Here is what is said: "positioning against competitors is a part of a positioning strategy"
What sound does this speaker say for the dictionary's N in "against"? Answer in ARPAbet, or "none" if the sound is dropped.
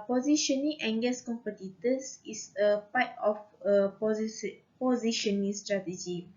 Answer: none